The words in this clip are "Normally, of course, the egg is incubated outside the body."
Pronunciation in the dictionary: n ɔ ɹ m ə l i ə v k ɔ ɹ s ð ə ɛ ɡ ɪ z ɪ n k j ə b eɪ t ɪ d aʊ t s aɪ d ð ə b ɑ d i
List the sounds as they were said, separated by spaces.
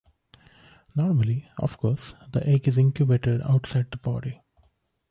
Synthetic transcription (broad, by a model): n ɔ ɹ m ə l i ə f k ɔ ɹ s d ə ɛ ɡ ɪ z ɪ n k j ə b eɪ t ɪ d aʊ t s aɪ d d ə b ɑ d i